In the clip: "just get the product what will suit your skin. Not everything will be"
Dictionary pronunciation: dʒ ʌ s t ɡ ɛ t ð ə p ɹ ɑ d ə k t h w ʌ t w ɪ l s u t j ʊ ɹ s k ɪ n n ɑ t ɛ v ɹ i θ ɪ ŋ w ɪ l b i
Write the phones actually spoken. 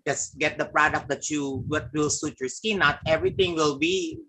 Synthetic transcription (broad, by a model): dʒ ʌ s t ɡ ɛ t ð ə p ɹ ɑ d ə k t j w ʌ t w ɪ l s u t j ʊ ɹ s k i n n ɑ t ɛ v ɹ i t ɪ ŋ w ɪ l b i